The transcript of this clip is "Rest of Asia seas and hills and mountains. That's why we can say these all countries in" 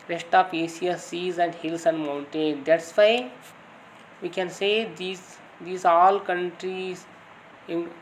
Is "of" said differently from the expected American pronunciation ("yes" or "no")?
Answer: yes